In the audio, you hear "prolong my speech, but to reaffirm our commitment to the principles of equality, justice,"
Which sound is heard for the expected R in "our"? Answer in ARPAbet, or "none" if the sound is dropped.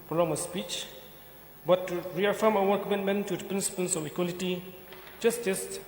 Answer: W